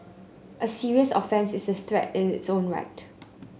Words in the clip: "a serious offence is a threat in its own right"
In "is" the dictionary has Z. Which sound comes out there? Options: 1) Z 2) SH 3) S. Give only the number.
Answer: 3